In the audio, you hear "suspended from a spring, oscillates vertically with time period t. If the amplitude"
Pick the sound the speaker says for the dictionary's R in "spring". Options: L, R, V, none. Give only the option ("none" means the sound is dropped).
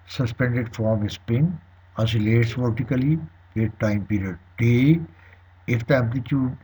none